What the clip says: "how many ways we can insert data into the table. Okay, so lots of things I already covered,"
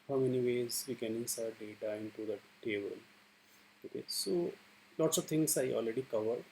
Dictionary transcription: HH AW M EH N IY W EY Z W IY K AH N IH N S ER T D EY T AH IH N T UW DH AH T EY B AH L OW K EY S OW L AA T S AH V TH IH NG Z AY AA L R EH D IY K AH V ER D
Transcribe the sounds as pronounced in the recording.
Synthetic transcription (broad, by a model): HH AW M EH N IY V EY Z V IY K AH N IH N S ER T D EY T AH IH N T UW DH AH T EY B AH L OW K EY S OW L AA T S AH V T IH NG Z AY AA L R EH D IY K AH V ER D